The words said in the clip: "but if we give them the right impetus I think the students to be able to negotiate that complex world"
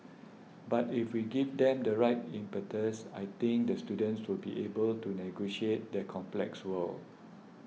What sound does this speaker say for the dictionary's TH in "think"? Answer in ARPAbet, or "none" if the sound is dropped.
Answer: T